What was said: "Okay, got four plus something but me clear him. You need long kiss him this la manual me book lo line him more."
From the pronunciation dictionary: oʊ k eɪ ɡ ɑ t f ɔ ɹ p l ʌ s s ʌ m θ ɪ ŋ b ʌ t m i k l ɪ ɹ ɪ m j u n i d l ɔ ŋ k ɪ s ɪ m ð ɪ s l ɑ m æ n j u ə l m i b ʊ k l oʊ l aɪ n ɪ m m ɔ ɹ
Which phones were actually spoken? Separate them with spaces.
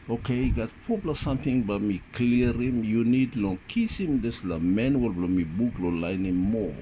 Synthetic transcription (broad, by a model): oʊ k eɪ ɡ ɑ t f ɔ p l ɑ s s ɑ m t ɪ ŋ b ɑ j m i k l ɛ ɹ ɪ m j u n i d l ɔ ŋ k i s ɪ m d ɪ s l ɑ m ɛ n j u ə l m i b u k l oʊ l aɪ n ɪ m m ɔ